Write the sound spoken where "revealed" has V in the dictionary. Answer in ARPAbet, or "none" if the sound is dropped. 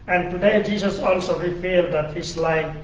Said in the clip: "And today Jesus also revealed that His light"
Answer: F